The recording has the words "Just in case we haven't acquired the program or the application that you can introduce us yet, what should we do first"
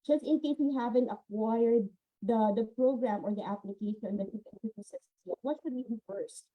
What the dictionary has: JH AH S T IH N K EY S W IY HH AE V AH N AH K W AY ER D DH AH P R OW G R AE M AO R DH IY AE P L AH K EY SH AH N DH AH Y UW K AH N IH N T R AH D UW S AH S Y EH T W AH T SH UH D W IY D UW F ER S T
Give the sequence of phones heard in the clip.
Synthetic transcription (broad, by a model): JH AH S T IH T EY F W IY HH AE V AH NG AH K W AY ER D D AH P R OW G R AE M AO R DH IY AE P L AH K EY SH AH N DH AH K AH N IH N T AH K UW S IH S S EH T W AH T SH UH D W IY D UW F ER S T